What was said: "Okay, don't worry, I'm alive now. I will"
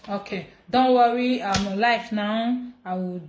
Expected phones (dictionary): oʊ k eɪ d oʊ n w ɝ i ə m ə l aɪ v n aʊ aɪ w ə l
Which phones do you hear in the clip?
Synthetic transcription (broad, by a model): oʊ k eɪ d oʊ n w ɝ i ə m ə l aɪ f n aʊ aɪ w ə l